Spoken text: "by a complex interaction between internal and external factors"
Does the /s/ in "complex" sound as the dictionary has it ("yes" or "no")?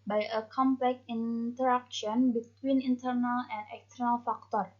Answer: no